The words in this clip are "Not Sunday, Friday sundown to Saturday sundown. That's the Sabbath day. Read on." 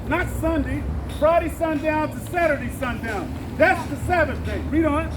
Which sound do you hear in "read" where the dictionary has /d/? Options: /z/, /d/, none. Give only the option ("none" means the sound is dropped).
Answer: /d/